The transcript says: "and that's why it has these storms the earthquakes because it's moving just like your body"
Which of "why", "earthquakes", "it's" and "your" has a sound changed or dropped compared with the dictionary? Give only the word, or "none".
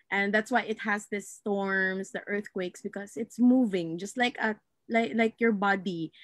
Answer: none